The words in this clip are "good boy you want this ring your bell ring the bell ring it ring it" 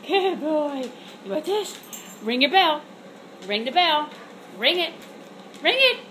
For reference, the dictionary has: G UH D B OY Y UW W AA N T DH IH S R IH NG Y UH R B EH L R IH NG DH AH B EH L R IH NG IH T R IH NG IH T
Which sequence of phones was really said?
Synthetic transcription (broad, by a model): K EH B OY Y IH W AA T DH IH S R IH NG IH B EH L R IH NG DH AH B EH L R IH NG IH T R IH NG IH T